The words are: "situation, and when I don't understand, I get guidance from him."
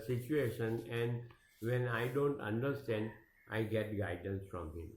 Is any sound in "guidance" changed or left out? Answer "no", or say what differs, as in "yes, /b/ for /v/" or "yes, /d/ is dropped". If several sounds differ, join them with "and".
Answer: no